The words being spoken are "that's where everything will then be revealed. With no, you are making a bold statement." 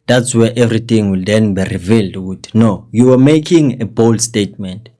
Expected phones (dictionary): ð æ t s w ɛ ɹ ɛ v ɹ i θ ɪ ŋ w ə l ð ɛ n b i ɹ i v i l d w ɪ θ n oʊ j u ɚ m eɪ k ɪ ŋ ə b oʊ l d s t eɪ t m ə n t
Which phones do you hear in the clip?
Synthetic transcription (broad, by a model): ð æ t s w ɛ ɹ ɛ v ɹ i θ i ŋ w ə l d ɛ n b i ɹ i v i l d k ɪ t n oʊ j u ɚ m eɪ k ɪ ŋ ə b oʊ l d s t eɪ t m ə n t